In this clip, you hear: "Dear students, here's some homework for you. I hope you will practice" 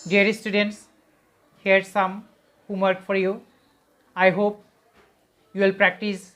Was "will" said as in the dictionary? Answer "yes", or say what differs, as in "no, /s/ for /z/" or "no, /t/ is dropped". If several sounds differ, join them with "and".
yes